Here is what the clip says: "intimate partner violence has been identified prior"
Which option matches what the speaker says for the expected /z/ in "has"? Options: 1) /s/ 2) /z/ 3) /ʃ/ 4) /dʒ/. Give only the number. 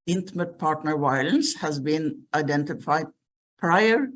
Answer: 2